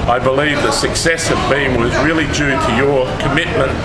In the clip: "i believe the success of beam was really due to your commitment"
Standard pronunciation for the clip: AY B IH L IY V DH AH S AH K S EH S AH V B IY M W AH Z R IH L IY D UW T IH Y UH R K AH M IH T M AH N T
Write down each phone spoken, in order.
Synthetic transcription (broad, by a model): AY B IH L IY V DH AH S AH K S EH S AH V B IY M W AH Z R IH L IY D UW T IH Y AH R K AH M IH T M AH N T